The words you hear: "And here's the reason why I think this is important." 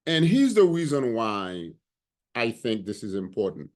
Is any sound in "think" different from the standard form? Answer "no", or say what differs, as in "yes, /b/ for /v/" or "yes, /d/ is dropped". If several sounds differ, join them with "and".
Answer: no